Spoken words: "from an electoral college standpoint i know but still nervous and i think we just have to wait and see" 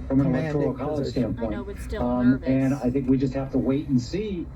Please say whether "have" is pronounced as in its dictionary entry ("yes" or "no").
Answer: no